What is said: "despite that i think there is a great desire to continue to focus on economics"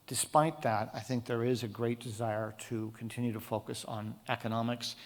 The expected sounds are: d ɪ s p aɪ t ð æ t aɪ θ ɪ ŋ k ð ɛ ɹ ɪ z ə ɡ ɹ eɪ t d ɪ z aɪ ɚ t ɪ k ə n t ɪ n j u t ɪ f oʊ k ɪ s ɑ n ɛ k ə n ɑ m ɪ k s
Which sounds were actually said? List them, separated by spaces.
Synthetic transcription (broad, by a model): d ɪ s p aɪ t ð æ t aɪ θ ɪ ŋ k ð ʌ ɹ ɪ z ə ɡ ɹ eɪ t d ɪ z aɪ ɚ t ɪ k n t ɪ n j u t ɪ f oʊ k ɪ s n ɛ k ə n ɑ m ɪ k s